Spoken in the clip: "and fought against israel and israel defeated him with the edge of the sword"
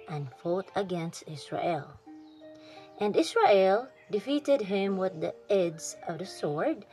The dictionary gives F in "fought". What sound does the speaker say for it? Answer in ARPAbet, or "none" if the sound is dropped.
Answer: F